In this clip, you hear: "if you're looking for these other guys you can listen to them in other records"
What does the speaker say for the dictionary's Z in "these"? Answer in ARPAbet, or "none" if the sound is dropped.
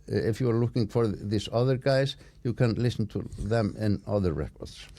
S